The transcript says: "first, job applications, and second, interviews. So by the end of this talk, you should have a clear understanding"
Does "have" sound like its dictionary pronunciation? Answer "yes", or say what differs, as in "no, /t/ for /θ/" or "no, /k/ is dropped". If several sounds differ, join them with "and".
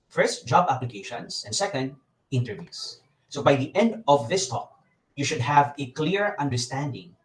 yes